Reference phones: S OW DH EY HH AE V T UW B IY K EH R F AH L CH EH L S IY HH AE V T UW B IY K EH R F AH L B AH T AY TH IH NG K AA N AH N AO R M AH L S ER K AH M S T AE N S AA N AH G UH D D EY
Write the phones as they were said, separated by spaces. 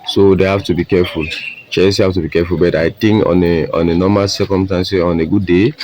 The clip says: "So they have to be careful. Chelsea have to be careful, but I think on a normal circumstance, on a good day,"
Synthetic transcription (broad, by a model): S OW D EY HH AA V T UW B IY K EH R F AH L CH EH S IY HH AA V T UW B IY K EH F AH L B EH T AY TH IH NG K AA N AH N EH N M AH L S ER K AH M S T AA N S AA N AH G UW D D EY